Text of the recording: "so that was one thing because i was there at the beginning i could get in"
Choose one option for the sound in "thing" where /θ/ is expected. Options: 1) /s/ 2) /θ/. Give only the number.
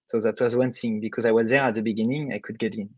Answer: 1